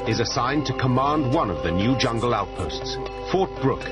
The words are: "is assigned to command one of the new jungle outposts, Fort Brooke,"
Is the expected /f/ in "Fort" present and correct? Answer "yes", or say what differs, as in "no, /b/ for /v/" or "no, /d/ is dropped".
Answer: yes